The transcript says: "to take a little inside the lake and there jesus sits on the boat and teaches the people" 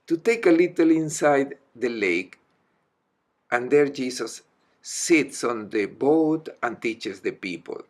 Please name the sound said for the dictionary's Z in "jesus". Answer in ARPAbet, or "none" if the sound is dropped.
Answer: S